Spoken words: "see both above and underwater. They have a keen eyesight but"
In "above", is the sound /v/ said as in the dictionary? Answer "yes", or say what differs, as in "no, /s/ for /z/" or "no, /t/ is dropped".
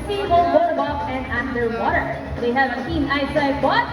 no, /p/ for /v/